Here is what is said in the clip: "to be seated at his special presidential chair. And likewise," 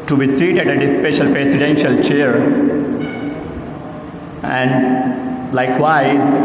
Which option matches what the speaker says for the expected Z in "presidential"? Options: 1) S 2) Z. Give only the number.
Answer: 1